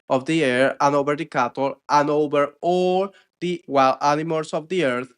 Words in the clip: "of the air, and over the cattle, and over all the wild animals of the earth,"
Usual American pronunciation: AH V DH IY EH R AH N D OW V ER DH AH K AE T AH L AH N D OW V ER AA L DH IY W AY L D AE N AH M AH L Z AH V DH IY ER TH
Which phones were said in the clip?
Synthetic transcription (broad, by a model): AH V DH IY EH R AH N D OW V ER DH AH K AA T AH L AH N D OW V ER AA L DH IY W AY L AE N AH M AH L S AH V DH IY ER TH